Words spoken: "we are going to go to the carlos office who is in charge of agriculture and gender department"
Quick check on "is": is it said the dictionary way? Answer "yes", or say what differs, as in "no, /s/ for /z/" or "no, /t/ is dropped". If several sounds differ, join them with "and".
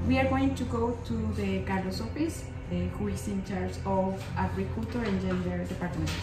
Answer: no, /s/ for /z/